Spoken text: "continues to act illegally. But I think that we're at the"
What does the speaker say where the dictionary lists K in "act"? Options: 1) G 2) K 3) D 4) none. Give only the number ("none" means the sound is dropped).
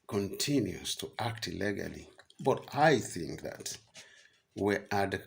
2